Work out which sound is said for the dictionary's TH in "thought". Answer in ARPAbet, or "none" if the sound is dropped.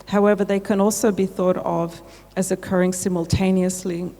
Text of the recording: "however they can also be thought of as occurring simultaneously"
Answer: TH